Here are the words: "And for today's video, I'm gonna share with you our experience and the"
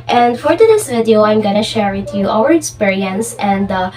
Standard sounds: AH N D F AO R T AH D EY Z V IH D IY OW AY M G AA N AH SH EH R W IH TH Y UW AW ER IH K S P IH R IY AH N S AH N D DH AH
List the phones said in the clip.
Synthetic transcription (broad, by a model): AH N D F AO R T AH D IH S V IH D IY OW AY M G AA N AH SH EH R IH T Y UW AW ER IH K S P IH R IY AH N S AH N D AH